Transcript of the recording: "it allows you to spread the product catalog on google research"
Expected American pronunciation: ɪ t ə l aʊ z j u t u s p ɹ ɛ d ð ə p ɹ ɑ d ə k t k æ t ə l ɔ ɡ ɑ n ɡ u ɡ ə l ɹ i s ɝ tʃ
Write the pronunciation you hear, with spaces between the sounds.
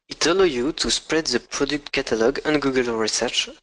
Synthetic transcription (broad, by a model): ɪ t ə l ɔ j u t u s p ɹ ɛ d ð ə p ɹ ɑ d ə k t k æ t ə l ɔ ɡ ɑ n ɡ u ɡ ə l ɹ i s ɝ tʃ